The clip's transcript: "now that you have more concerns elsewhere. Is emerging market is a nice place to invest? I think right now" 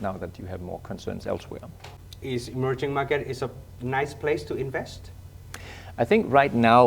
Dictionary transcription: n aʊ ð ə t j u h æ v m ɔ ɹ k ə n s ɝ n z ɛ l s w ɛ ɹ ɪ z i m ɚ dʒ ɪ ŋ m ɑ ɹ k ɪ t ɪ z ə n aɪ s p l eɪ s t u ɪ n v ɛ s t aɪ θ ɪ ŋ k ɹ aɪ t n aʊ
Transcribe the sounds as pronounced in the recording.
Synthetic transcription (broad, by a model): n aʊ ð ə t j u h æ v m ɔ ɹ k ə n s ɝ n z ɛ l s w ɛ ɹ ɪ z i m ɚ dʒ ɪ ŋ m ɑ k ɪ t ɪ s ə n aɪ s p l eɪ s t u ɪ n v ɛ s t aɪ θ ɪ ŋ k ɹ aɪ t n aʊ